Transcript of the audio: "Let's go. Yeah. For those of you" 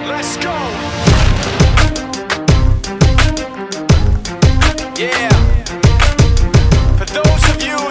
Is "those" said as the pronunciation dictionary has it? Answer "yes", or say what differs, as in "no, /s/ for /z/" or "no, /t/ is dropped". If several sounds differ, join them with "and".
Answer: yes